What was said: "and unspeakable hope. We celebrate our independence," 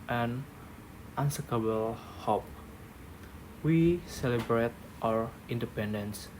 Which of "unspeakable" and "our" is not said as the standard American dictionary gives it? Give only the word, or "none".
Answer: unspeakable